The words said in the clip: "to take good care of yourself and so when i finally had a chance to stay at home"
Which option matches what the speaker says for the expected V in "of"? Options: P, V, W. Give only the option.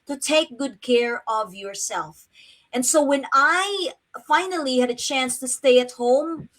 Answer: V